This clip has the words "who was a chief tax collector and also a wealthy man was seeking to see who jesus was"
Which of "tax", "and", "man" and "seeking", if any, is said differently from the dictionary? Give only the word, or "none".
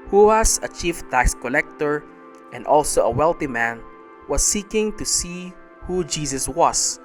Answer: tax